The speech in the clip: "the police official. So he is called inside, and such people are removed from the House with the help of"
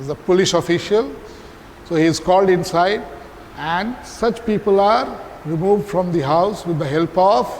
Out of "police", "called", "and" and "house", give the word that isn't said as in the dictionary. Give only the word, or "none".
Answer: police